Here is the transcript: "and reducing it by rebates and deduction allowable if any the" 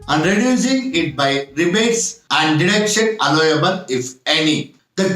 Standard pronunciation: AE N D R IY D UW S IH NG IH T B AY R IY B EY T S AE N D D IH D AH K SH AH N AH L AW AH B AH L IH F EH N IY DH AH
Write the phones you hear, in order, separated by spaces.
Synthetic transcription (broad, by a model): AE N D R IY D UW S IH NG IH T B AY R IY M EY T S AE N D D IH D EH K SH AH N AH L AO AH B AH L IH F EH N IY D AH